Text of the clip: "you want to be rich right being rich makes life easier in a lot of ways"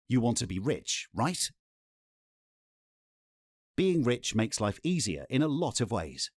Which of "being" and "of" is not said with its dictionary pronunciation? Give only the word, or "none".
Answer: none